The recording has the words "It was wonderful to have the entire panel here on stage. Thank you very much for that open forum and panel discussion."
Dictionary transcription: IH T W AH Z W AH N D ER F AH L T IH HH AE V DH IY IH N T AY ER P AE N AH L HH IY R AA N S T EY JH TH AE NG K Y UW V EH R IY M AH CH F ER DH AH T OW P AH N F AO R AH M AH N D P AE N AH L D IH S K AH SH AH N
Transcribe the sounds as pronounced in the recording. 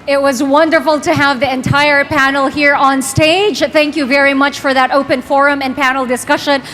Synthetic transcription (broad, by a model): IH T W AH Z W AH N D ER F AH L T IH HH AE V DH IY IH N T AY ER P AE N L HH IY R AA N S T EY JH TH AE NG K Y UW V EH R IY M AH CH F ER DH AH T OW P AH N F AO R AH M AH N P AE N L D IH S K AH SH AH N